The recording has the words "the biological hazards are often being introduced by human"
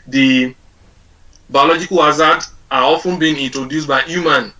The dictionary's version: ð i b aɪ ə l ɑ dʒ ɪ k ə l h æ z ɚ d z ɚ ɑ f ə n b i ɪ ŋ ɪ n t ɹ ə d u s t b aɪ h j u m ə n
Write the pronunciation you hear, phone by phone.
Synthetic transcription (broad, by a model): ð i b aɪ ə l ɑ dʒ ɪ k ə l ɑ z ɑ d ɑ ɑ f ə n b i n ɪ n t ɹ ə d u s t b aɪ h j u m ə n